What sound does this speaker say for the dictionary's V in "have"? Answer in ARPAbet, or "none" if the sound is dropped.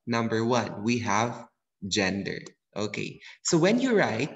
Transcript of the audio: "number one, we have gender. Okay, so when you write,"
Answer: V